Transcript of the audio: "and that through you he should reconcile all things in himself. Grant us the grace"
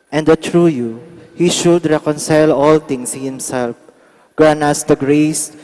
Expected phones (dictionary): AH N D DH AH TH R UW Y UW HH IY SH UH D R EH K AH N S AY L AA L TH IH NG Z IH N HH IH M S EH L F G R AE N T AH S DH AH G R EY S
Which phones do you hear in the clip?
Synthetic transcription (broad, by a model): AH N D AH T R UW Y UW HH IY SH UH D R EH K AH N S AY L AA L T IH NG S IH HH IH M S EH L F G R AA N AH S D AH G R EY S